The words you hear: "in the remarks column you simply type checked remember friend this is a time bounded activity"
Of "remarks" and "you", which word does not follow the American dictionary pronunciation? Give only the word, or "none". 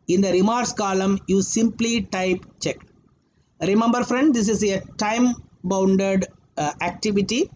remarks